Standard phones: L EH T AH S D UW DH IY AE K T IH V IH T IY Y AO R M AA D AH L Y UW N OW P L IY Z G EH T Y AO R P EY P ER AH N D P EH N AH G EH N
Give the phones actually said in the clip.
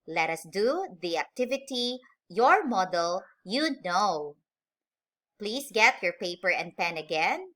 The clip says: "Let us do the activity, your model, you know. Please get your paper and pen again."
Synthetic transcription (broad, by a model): L EH T AH S D UW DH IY AE K T IH V IH T IY Y AO R M AA D AH L Y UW N OW P L IY S G EH T Y AO R P EY P ER AH N D P EH N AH G EH N